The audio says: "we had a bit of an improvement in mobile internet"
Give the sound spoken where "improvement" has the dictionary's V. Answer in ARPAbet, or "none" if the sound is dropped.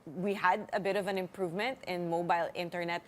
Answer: V